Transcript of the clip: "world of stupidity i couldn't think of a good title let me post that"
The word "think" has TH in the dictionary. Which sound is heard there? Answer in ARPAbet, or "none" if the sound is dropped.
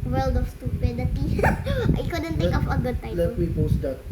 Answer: T